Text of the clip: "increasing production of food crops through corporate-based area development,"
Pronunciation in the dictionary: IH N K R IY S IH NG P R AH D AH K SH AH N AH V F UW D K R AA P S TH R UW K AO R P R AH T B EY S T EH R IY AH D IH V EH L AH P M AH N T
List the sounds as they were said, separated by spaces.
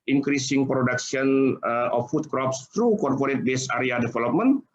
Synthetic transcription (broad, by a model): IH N K R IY S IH NG P R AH D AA K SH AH N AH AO F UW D K R AA P S T R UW K AO R P R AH T B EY S AA R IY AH D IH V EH L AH P M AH N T